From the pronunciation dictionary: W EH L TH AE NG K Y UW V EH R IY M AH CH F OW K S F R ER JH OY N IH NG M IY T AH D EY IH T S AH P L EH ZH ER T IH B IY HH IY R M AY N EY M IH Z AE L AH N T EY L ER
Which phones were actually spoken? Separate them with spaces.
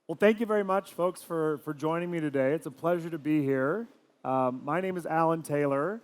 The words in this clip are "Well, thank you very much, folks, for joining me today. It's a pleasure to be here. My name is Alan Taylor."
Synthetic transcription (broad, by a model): W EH L TH AE NG K Y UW V EH R IY M AH CH F OW K S F R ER JH OY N IH NG M IY T AH D EY IH T S AH P L EH ZH ER T IH B IY HH IY R M AY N EY M IH Z AE L AH N T EY L ER